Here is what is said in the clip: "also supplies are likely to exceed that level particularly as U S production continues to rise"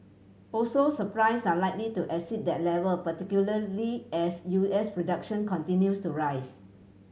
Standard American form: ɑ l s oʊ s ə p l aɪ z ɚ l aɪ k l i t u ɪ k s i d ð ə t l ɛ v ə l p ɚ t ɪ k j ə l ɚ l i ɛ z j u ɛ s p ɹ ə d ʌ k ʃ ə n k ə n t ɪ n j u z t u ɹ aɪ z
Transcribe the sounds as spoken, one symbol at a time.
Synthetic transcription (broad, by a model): ɑ l s oʊ s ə p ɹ aɪ s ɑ l aɪ k l i t u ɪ s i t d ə t l ɛ v ə l p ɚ t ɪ k j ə l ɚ l i ɛ s j u ɛ s p ɹ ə d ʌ k ʃ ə n k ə n t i n j u s t u ɹ aɪ s